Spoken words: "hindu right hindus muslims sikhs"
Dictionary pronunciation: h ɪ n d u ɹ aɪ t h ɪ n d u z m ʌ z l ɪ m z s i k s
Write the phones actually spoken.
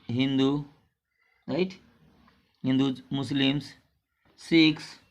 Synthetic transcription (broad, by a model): h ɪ n d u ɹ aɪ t h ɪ n d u m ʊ s l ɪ m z s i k s